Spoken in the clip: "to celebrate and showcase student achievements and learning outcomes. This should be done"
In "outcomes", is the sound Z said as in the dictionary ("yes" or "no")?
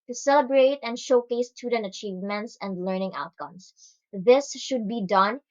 no